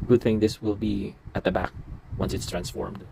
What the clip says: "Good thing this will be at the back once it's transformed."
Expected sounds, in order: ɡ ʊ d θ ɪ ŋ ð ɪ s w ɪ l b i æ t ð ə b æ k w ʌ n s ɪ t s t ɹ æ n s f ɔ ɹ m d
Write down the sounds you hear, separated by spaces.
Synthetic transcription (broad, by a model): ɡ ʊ d θ ɪ ŋ ð ɪ s w ɪ l b i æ t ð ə b æ k w ʌ n s ɪ t s t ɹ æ n s f ɔ ɹ m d